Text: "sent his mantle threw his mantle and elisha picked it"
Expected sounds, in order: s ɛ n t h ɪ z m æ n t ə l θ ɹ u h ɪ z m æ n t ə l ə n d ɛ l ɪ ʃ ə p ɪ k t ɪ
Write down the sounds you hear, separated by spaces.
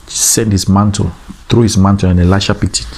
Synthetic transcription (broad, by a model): s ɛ n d h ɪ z m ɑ n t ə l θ ɹ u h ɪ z m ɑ n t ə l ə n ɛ l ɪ ʃ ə p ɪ t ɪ